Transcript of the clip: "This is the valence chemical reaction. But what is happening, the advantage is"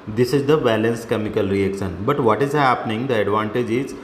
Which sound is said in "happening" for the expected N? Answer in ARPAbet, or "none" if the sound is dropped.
N